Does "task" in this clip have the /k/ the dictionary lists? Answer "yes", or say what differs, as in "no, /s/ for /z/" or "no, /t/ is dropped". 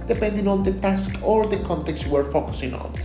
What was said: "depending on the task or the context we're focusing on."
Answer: yes